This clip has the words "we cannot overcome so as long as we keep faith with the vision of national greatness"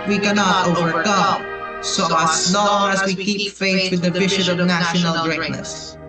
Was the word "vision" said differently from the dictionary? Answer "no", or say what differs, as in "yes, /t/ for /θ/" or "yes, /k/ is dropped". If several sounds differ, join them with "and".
yes, /b/ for /v/ and /ʃ/ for /ʒ/